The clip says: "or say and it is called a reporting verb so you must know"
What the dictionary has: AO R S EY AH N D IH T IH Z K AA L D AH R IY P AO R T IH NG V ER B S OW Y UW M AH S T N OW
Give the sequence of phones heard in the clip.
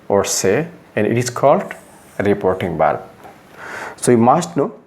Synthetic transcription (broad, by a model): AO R S EY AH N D IH T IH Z K AA L D R IY P AO R T IH NG B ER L S OW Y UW M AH S T N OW